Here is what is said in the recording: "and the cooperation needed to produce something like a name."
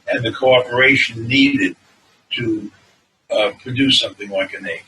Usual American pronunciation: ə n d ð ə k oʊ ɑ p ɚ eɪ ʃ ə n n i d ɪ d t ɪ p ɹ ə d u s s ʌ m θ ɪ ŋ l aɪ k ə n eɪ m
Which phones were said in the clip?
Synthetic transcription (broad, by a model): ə n ð ə k oʊ ɑ p ɚ eɪ ʃ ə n n i d ɪ d t ɪ p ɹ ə d u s s ʌ m θ ɪ ŋ l aɪ k ə n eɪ